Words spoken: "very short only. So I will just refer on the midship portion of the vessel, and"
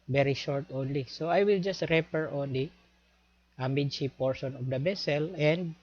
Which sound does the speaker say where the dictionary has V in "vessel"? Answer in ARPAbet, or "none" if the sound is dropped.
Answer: B